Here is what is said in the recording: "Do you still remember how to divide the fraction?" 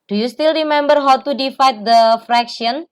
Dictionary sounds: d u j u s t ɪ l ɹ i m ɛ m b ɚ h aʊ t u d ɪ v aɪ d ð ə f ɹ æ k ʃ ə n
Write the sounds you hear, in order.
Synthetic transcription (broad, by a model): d u j u s t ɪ l ɹ i m ɛ m b ɚ h aʊ t u d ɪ f aɪ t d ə f ɹ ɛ k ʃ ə n